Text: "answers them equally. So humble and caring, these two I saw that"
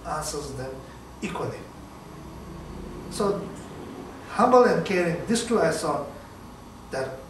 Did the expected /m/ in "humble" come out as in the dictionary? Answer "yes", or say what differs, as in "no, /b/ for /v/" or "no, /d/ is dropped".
yes